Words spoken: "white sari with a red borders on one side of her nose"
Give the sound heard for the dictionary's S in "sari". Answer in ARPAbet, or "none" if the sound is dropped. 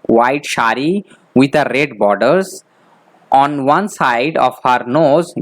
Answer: SH